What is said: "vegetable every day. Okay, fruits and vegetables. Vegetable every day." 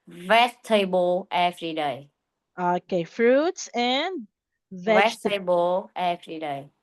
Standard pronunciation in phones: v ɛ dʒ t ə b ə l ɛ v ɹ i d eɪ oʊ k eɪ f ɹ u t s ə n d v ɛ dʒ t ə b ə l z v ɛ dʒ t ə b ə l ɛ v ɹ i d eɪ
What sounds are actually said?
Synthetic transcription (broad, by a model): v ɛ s t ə b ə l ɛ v ɹ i d eɪ oʊ k eɪ f ɹ u t s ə n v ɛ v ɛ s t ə b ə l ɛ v ɹ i d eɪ